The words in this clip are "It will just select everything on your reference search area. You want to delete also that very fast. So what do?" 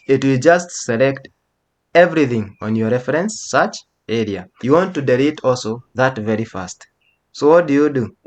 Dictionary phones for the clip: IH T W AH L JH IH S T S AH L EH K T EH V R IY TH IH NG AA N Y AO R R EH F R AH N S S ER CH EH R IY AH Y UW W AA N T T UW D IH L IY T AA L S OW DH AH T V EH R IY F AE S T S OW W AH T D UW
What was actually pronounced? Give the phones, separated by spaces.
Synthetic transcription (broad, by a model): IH T W AH L JH IH S T S AH L EH K T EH V R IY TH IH NG AA N Y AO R R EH F R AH N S S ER CH EH R IY AH Y UW W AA N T T UW D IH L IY T AA L S OW DH AH T V EH R IY F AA S T S OW W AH T D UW